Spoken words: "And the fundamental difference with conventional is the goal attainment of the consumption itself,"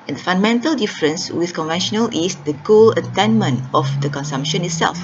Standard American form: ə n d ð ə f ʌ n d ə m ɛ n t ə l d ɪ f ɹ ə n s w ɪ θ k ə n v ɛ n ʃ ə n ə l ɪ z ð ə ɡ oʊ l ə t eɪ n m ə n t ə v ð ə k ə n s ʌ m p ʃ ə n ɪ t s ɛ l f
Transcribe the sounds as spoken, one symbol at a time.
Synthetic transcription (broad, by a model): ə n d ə f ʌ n d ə m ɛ n t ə l d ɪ f ɹ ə n s w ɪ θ k ə n v ɛ n ʃ ə n ə l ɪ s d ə ɡ oʊ l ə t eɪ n m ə n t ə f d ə k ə n s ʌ m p ʃ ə n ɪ t s ɛ l f